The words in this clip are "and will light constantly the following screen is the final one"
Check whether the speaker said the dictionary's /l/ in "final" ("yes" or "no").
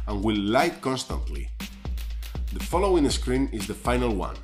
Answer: yes